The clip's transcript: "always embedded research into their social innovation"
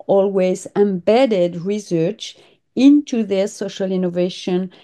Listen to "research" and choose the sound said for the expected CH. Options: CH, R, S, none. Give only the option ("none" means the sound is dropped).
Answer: CH